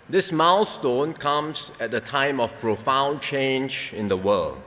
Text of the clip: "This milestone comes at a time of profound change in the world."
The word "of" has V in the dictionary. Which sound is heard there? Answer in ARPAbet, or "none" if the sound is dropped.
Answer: F